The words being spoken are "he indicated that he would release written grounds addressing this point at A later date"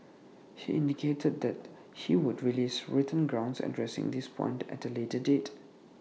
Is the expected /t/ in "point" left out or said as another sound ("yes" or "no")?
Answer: no